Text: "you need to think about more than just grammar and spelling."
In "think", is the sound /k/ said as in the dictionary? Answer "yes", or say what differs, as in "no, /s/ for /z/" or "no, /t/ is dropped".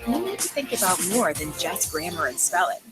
yes